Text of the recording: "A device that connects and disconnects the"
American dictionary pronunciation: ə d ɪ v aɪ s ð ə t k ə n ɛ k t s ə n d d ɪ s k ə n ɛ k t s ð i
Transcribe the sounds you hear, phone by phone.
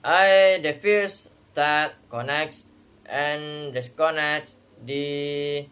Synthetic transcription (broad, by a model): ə d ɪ f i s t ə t k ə n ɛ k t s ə n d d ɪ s k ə n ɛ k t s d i